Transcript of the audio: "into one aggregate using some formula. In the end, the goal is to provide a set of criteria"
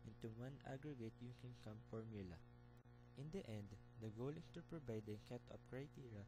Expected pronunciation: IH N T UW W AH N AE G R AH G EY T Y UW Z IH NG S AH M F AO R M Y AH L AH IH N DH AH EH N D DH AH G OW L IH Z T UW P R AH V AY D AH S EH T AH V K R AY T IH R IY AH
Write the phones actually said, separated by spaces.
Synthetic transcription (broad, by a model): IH N T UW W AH N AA G R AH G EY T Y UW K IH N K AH M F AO R M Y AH L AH IH N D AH EH N D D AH G OW L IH S T UW P R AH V AY D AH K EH T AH P K R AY T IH R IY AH